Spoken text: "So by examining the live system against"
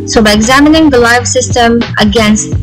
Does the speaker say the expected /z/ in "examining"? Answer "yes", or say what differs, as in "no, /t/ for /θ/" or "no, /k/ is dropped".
yes